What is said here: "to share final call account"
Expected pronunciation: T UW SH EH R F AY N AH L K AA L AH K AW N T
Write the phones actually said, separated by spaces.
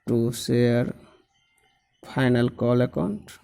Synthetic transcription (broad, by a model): T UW S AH R P AY N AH L K AA L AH K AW N T